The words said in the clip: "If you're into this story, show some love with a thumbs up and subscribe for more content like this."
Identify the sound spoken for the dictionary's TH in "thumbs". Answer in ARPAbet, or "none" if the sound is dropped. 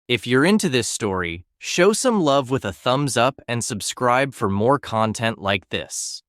TH